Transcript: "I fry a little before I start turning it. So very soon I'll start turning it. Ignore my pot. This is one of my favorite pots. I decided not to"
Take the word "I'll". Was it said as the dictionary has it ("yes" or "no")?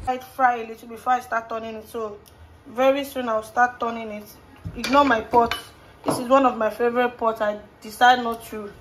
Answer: no